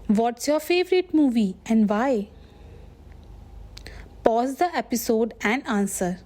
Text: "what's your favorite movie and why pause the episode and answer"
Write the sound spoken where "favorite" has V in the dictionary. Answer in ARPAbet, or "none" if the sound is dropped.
V